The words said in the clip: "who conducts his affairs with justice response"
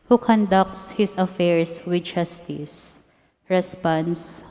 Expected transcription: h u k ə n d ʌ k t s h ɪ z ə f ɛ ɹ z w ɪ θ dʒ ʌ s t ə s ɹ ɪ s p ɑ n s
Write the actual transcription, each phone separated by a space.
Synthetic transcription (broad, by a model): h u k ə n d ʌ k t s h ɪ s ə f ɛ ɹ s w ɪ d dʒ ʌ s t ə s ɹ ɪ s p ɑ n s